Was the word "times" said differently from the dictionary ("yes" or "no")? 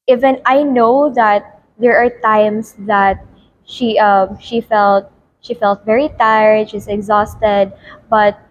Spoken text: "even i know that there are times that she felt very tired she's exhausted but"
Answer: yes